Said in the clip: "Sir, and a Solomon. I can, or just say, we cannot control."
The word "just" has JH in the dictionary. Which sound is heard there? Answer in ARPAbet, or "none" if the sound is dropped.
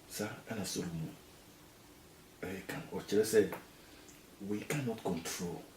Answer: CH